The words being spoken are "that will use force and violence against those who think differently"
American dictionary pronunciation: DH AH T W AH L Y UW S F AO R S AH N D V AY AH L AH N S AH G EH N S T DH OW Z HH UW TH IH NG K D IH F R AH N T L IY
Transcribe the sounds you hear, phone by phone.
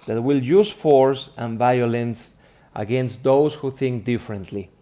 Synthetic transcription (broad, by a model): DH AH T W AH L Y UW S F AO R S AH N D V AY AH L AH N S AH G EH N S T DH OW S HH UW TH IH NG K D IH F R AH N T L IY